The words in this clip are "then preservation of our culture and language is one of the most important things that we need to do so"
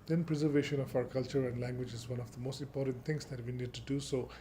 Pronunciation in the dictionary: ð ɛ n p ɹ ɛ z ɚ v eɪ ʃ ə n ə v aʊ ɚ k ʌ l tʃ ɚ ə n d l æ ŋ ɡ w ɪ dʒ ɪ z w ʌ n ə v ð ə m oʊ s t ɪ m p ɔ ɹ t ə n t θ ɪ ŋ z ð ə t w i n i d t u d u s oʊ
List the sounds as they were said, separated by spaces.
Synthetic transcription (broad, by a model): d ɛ n p ɹ ɛ z ɚ v eɪ ʃ ə n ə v aʊ ɚ k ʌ l tʃ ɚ ə n d l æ ŋ ɡ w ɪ dʒ ɪ z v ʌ n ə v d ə m oʊ s t ɪ m p ɔ ɹ t ə n t t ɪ ŋ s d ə t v i n i d t u d u s oʊ